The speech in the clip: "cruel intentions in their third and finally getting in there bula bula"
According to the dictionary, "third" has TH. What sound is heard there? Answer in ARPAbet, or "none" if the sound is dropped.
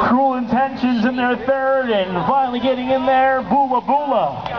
TH